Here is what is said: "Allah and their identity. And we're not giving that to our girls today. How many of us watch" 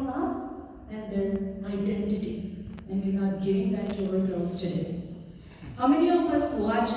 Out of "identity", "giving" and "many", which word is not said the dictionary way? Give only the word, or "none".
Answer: giving